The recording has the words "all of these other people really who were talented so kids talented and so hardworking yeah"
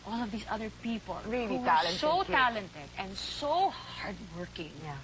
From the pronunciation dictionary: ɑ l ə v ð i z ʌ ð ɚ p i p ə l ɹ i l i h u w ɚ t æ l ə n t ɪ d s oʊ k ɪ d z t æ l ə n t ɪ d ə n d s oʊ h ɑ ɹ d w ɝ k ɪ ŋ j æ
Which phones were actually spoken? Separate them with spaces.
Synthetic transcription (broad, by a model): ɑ l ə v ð i s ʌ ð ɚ p i p ə l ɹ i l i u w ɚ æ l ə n s oʊ t æ l ə n t ɪ d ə n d s oʊ h ɑ ɹ d w ɝ k ɪ ŋ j